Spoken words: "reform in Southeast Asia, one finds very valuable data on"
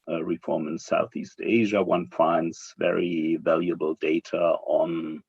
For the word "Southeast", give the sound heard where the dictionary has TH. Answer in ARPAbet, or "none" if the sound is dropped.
TH